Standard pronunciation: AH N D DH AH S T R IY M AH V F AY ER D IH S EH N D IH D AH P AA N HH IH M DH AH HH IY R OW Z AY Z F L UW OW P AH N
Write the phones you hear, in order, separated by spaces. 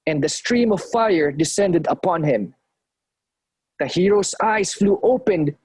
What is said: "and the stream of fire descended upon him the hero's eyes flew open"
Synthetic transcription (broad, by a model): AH N D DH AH S T R IY M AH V F AY ER D IH S EH N D IH D AH P AA N HH IH M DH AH HH IY R OW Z AY S F L UW OW P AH N